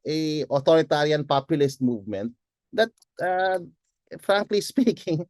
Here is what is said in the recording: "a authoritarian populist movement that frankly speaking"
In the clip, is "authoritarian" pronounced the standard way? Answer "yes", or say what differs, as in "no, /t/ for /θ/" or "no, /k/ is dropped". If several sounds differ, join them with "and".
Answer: no, /t/ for /θ/